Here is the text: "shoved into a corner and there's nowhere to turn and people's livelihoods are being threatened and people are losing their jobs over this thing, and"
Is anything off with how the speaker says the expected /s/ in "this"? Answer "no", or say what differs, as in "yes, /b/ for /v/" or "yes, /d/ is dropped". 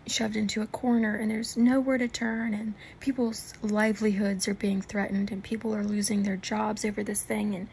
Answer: no